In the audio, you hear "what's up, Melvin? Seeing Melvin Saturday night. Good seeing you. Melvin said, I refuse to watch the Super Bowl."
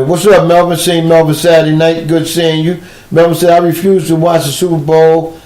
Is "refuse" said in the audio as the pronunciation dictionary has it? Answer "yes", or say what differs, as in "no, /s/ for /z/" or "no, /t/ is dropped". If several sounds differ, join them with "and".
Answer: yes